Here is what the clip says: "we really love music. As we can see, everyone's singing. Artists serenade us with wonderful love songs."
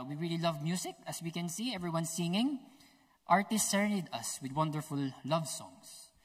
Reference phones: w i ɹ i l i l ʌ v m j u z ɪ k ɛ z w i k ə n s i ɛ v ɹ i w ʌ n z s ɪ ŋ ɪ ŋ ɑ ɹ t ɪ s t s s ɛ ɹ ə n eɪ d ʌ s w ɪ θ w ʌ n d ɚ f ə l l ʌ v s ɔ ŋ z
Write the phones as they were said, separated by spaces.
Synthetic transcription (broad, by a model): w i ɹ i l i l ʌ v m j u s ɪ k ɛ s w i k ə n s i ɛ v ɹ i w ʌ n s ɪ ŋ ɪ ŋ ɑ ɹ t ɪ s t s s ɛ ɹ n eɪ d ʌ s w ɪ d w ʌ n d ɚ f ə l l ʌ v s ɔ ŋ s